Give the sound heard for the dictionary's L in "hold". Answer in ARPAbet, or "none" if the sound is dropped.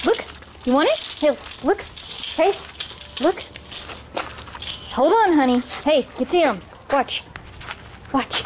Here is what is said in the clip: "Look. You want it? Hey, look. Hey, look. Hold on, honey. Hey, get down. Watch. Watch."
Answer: L